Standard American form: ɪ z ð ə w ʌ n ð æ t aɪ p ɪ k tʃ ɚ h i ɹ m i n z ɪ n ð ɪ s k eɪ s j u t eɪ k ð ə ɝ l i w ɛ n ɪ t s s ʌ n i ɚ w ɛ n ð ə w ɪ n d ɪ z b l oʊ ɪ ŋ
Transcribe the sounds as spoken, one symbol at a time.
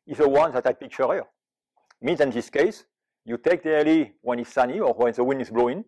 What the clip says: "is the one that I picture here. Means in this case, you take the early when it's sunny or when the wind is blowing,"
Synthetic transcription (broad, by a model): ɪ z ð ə w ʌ n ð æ t aɪ p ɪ k tʃ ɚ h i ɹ m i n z ɪ n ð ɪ s k eɪ s j u t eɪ k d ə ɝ l i w ɛ n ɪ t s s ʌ n i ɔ w ɛ n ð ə w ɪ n ɪ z b l oʊ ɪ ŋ